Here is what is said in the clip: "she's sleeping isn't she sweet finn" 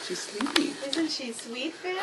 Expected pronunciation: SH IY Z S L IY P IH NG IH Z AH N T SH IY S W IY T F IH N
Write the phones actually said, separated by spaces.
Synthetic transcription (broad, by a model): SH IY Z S W IY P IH IH Z AH N T SH IY S W IY T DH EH